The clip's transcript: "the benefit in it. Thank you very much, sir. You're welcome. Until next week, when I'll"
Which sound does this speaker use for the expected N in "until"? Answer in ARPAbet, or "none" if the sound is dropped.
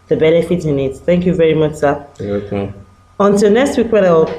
N